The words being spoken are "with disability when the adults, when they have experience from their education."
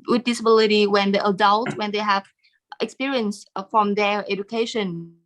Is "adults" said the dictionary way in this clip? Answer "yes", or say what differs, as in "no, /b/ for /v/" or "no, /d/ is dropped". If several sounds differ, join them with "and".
no, /s/ is dropped